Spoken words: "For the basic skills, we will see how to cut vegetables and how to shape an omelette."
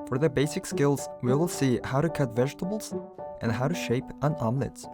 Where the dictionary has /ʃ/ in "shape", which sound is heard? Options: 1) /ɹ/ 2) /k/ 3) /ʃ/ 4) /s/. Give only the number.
3